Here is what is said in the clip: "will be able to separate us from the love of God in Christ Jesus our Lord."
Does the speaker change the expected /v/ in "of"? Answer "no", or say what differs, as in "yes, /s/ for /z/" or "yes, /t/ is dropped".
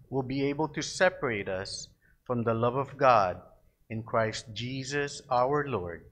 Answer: no